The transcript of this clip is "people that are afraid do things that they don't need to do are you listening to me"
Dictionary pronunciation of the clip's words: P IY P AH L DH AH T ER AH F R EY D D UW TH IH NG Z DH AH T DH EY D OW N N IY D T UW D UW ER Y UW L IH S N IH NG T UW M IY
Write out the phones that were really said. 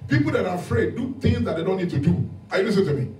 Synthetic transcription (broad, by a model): P IY P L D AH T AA AH F R EY D D UW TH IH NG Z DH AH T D EY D OW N N IY D T UW D UW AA Y UW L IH S IH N T UW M IY